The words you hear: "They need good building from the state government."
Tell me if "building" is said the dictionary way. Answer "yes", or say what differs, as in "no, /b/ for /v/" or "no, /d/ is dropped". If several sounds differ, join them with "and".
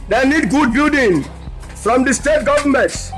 no, /l/ is dropped